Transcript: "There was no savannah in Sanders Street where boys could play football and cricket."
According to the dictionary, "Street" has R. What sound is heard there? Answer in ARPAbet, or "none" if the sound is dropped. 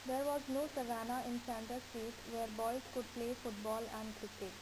none